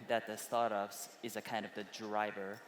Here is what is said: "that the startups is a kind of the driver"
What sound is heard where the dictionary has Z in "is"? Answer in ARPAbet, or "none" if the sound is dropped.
Z